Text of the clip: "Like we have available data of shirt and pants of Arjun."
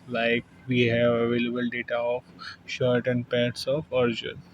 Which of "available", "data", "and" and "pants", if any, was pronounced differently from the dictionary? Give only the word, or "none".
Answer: pants